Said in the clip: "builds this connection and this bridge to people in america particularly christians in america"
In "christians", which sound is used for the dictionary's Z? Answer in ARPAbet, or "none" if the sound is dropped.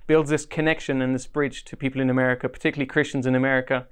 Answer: Z